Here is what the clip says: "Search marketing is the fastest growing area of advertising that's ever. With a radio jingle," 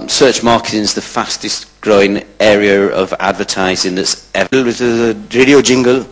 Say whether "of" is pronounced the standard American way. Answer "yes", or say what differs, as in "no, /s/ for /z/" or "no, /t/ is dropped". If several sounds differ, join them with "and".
yes